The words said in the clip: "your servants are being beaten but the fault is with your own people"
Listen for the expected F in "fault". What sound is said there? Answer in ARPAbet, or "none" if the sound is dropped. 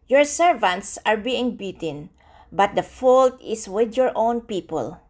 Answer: F